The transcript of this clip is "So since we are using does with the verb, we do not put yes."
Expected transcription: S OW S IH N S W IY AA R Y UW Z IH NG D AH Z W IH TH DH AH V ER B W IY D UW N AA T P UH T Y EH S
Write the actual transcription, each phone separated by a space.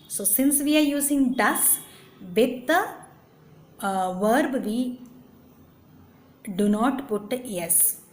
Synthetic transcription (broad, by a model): S OW S IH N S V IY AA R Y UW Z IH NG D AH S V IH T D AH V ER B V IY D UW N AA T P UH T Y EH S